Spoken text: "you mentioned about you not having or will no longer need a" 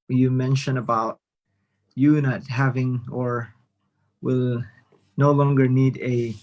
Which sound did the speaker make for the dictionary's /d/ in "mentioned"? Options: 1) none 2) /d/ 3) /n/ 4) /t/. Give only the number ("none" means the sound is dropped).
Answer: 1